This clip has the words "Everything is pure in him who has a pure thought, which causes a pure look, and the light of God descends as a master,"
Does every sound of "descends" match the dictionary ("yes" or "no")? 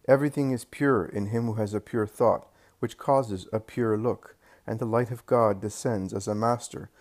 yes